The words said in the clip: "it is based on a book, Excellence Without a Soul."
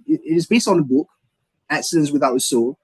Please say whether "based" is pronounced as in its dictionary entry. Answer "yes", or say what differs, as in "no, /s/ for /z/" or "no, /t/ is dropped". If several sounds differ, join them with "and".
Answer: yes